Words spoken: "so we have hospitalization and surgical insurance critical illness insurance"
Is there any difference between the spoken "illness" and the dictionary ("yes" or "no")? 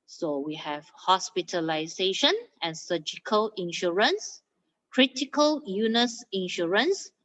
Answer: yes